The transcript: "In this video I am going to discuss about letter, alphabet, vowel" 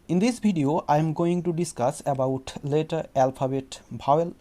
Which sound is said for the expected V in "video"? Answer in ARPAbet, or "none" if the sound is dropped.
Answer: B